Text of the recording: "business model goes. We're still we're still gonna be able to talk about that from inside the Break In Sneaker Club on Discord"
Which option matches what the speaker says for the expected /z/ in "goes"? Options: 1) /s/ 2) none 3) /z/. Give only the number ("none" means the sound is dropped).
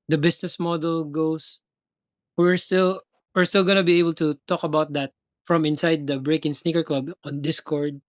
1